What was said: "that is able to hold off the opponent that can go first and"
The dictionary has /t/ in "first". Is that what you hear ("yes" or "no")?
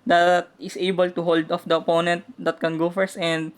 no